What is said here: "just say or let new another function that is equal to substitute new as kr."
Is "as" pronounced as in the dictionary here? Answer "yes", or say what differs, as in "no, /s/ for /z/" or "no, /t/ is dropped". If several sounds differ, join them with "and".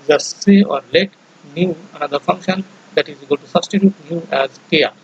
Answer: yes